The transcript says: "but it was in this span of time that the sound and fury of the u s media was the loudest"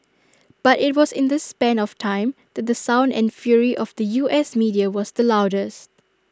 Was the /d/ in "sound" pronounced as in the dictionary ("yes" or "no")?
yes